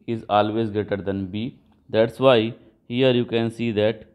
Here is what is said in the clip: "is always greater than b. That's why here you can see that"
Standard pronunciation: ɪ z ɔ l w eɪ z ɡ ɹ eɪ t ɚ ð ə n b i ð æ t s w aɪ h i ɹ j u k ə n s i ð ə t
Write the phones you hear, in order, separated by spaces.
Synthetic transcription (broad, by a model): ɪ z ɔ l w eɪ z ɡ eɪ t ɚ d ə n b i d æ t s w aɪ h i ɹ j u k ə n s i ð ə t